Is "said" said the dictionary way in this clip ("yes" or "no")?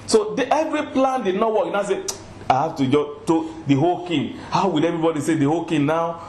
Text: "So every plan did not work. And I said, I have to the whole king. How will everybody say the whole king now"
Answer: no